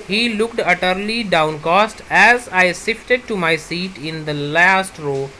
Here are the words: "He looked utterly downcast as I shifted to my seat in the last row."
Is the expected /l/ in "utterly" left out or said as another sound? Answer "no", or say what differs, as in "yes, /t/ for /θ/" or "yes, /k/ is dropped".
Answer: no